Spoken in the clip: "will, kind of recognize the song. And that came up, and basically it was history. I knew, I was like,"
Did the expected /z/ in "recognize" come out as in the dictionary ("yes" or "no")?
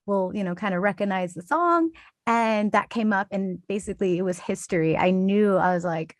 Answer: yes